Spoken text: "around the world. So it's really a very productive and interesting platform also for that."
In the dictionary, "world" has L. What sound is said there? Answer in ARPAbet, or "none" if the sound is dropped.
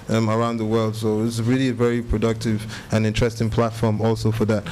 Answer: L